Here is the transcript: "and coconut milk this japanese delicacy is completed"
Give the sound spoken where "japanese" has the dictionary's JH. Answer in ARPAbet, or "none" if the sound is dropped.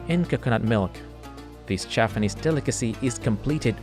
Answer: CH